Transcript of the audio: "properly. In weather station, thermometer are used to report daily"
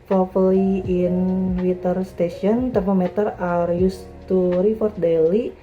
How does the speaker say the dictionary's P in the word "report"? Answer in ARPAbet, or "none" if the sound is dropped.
F